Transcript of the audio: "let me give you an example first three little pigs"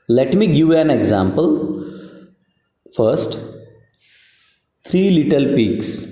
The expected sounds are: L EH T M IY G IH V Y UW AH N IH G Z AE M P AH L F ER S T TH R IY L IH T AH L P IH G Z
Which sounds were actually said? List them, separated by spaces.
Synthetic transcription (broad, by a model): L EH T M IY G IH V AH N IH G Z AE M P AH L F ER S T T R IY L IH T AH L P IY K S